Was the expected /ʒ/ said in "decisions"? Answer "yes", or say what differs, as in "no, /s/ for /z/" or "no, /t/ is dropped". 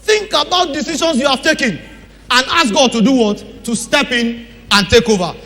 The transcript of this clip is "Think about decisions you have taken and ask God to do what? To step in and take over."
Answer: no, /ʃ/ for /ʒ/